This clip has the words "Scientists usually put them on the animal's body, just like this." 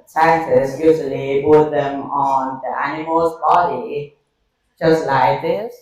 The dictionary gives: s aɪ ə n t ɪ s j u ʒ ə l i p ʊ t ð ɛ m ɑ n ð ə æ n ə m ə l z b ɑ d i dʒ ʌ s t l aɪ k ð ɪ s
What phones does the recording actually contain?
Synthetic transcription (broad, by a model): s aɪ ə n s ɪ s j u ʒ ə l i b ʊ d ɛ m ɑ n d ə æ n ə m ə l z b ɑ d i dʒ ʌ s t l aɪ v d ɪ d